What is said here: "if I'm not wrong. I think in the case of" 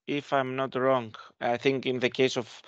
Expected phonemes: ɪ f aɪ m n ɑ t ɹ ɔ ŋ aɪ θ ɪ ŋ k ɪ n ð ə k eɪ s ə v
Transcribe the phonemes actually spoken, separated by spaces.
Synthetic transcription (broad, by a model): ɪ f aɪ m n ɑ t ɹ ɔ ŋ aɪ θ ɪ ŋ k ɪ n ð ə k eɪ s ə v